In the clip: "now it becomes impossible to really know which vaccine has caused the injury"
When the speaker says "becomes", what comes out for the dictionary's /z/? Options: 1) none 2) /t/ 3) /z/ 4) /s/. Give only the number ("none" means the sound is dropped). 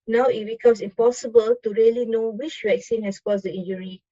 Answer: 4